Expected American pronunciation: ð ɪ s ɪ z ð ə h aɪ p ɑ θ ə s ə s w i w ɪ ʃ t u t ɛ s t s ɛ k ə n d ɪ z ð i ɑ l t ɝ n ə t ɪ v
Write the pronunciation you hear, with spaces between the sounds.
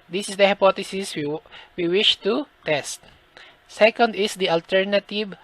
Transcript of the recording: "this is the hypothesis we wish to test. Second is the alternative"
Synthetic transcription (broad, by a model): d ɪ s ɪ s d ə h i p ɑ t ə s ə s w i w ɪ ʃ t u t ɛ s t s ɛ k ə n d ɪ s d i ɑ l t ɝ n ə t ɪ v